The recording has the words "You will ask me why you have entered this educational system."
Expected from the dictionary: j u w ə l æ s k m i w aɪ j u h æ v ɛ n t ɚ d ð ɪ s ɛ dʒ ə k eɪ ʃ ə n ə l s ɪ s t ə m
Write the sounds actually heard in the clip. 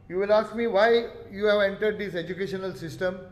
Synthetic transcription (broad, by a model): j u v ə l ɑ s k m i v aɪ j u h æ v ɛ n t ɚ d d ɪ s ɛ dʒ ə k eɪ ʃ ə n ə l s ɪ s t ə m